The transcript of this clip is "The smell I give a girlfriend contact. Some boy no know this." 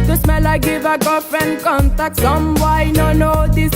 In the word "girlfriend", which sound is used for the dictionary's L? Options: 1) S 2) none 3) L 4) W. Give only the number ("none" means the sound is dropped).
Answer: 2